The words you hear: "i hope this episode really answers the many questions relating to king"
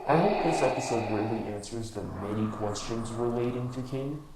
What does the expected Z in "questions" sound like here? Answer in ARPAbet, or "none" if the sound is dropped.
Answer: Z